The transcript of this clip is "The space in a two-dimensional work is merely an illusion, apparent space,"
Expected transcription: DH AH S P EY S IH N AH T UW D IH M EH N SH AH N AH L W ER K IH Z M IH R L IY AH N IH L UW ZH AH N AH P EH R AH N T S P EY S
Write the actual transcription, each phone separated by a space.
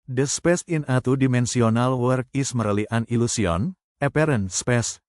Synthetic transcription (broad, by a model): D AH S P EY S IH N AH T UW D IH M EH N S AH N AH L W ER K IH S M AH R L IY AH N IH L UW S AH N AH P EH R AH N S P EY S